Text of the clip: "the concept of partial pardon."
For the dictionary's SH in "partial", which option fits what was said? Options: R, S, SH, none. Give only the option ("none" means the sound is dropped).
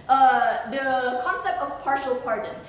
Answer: SH